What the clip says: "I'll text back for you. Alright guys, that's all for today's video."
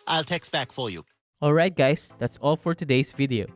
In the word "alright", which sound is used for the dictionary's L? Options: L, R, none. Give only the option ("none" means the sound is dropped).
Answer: L